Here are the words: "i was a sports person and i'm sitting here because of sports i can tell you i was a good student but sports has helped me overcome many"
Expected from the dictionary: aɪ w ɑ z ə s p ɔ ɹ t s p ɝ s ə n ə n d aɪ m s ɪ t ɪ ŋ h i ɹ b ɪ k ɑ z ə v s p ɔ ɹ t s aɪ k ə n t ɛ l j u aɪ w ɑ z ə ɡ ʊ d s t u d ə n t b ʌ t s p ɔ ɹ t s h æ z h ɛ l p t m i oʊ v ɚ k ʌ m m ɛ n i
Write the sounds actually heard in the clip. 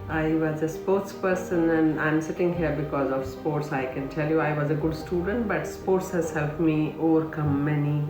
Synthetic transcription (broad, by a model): aɪ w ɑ z ə s p ɔ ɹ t s p ɝ s ə n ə n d aɪ m s ɪ t ɪ ŋ h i ɹ b ɪ k ɑ z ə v s p ɔ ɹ t s aɪ k ə n t ɛ l j u aɪ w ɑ z ə ɡ ʊ d s t u d ə n t b ʌ t s p ɔ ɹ t s h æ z h ɛ l p t m i oʊ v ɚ k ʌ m m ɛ n i